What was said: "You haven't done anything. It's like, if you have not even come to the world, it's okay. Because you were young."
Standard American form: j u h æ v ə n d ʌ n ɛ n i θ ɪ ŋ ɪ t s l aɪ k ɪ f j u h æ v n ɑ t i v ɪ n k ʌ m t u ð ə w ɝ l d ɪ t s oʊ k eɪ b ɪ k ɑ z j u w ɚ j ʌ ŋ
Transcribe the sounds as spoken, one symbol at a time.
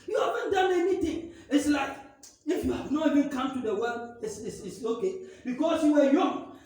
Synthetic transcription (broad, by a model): j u h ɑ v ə n d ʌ n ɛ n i t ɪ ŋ ɪ t s l aɪ k ɪ f j u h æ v n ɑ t i v ɪ n k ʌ m t u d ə w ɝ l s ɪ s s oʊ k eɪ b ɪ k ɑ s j u w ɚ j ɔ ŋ